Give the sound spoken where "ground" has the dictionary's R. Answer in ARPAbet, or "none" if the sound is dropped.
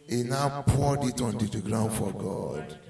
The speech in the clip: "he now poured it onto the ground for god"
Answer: R